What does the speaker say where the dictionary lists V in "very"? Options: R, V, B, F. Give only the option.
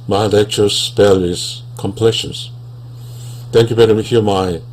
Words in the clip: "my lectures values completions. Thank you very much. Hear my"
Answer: B